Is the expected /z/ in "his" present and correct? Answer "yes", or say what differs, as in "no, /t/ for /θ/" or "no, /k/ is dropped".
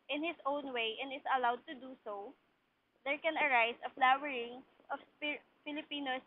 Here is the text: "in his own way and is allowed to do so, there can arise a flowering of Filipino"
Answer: no, /s/ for /z/